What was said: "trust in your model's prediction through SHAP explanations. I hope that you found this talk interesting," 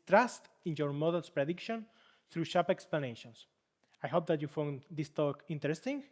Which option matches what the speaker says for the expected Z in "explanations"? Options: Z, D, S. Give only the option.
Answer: S